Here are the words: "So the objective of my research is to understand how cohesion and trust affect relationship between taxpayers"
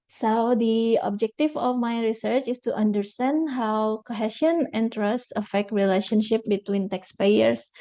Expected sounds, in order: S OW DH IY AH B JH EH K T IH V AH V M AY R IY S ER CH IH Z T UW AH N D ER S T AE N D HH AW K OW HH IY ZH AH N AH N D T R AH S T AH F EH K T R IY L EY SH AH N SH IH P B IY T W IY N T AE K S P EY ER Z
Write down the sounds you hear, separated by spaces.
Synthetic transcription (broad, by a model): S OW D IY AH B JH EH K T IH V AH F M AY R IY S ER CH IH S T UW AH N D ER S T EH N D HH AW K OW HH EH SH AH N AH N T R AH S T AH F EH K T R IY L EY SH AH N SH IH P B IY T W IY N T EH K S P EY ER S